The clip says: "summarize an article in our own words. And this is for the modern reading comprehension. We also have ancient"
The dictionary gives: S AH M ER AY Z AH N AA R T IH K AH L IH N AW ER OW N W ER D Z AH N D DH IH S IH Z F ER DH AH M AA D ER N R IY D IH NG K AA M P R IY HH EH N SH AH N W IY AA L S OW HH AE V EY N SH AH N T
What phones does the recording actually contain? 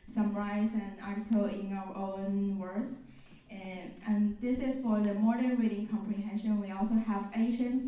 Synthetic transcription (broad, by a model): S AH M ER AY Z AH N AA R T IH K AH L IH N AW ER OW N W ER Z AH N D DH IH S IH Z F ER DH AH M AA D ER N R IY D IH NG K AA M P R IY HH EH N SH AH N W IY AA L S OW HH AE V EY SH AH N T